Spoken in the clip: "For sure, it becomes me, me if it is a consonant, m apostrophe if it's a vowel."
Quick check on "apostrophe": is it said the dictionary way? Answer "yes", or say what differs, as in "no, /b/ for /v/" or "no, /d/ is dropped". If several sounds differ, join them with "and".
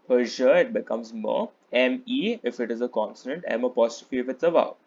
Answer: no, /ɹ/ is dropped